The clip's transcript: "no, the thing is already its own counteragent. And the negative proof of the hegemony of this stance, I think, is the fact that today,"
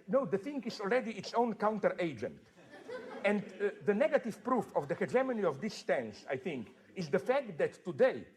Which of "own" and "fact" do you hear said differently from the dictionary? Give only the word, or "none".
none